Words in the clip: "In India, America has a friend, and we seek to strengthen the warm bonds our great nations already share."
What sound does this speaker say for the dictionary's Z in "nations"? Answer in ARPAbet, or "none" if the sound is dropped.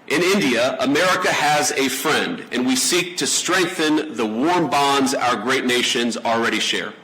Z